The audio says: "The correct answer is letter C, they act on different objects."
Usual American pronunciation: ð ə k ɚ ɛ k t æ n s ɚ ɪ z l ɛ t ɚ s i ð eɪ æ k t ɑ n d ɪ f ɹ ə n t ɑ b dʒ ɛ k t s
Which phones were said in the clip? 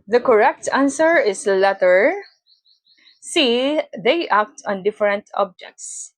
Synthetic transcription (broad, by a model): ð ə k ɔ ɛ k t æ n s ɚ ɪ s l ɛ t ɚ s i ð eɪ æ k t ɑ n d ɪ f ɹ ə n t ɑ b dʒ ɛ k t s